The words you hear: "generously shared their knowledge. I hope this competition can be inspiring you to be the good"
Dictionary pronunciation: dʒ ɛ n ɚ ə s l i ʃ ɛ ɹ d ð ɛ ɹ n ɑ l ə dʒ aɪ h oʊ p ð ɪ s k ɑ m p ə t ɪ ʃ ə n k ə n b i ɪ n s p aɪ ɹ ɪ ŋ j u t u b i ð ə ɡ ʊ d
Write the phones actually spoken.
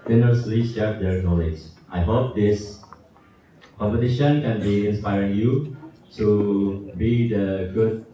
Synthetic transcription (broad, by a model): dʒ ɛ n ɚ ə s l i s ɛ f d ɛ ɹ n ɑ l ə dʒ aɪ h oʊ p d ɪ s k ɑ m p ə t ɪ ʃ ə n k ə n b i ɪ n s p aɪ ɹ ɪ ŋ j u t u b i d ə ɡ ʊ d